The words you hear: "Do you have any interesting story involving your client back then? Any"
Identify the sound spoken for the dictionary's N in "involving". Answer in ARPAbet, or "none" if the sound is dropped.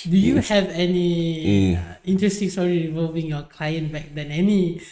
none